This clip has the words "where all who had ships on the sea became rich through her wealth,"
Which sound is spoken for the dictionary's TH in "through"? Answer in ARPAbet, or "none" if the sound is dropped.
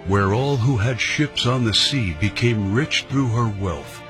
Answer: TH